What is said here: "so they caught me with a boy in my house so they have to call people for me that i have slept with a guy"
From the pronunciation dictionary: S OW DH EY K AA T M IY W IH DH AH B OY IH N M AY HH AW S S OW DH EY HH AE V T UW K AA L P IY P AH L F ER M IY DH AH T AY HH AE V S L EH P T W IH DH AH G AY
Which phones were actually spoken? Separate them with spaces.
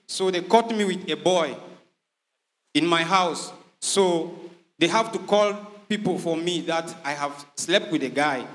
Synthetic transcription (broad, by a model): S OW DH EY K AA T M IY W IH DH AH B OY IH N M AY HH AW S S OW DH EY HH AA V T UW K AA L P IY P AH L F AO M IY DH AH T AY HH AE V S L EH P T W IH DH AH G AY